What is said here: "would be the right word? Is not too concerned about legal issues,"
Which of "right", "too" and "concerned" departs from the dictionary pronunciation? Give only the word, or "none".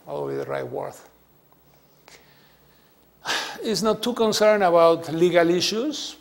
concerned